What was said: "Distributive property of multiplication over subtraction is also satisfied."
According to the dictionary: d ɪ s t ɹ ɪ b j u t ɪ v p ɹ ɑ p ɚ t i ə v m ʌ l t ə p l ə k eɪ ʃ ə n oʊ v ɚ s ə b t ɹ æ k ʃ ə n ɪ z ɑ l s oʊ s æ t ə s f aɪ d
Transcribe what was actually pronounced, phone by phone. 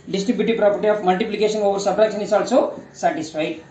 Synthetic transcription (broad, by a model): d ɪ s t ɹ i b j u t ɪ p ɹ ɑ p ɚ t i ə p m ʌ l t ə p l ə k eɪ s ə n oʊ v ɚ s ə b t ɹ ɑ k s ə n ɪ s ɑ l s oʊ s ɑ t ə s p aɪ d